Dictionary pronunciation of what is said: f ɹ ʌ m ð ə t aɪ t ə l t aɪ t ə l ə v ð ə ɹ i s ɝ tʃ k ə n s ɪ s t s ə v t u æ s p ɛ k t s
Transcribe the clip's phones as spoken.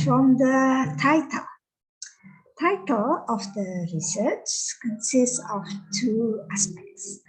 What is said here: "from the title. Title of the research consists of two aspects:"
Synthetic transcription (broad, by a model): f ɹ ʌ m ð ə t aɪ t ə l t aɪ t ə l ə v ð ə ɹ i s ɝ tʃ k ə n s ɪ s t s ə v t u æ s p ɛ k t s